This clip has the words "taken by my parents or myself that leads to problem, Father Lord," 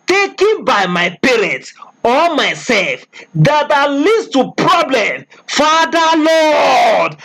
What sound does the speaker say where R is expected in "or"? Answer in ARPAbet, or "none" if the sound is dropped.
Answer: L